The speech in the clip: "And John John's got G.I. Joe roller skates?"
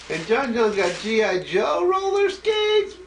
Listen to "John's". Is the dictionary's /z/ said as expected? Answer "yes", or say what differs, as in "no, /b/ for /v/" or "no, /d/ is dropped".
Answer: no, /z/ is dropped